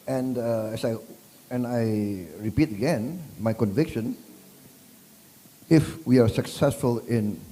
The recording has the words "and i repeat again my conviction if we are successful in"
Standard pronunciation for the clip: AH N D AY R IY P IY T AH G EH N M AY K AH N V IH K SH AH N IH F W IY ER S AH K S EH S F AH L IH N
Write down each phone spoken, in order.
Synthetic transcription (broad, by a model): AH N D AY R IY P IY T AH G EH N M AY K AH N V IH K SH AH N IH F W IY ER S AH K S EH S F AH L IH N